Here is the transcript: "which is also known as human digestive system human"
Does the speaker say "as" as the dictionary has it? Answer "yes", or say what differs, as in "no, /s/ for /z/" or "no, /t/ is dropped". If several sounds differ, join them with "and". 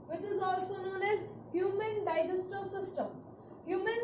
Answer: yes